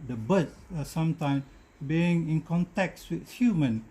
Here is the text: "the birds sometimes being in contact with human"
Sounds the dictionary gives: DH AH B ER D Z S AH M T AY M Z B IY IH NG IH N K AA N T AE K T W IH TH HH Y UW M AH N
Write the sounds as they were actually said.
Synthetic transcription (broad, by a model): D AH B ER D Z S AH M T AY M B IY IH NG IH N K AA N T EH K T W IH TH HH Y UW M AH N